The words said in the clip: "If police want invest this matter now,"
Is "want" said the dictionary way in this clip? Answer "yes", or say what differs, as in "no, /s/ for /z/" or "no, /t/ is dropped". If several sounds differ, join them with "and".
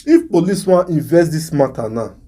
no, /n/ is dropped